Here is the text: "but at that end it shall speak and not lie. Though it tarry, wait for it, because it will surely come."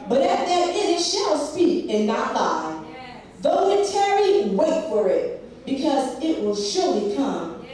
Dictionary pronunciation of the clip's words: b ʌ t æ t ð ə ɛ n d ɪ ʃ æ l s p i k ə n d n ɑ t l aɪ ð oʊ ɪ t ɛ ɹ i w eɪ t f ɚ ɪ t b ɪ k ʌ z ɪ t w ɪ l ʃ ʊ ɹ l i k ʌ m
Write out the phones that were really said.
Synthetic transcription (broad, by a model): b ʌ t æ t ð ə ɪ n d ɪ ʃ æ l s p i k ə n n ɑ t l aɪ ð oʊ ɪ t ɛ ɹ i w eɪ t f ɚ ɪ t b ɪ k ʌ z ɪ t w ɪ l ʃ ʊ ɹ l i k ʌ m